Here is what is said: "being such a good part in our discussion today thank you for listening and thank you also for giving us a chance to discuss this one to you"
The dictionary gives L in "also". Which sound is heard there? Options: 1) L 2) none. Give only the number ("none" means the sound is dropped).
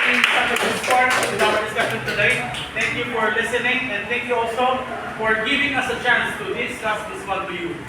1